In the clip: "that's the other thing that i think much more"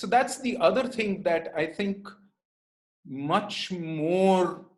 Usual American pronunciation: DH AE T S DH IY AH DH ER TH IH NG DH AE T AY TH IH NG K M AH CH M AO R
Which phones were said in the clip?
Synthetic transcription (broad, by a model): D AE T S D IY AH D ER T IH NG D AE T AY T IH NG K M AH CH M AO R